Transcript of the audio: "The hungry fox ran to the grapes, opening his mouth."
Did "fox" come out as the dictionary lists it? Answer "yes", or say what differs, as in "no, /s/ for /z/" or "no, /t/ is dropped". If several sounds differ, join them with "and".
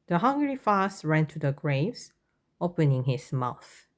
no, /k/ is dropped